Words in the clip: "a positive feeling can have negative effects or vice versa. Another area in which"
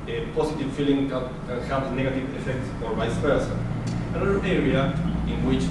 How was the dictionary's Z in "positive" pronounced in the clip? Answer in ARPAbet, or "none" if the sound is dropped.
S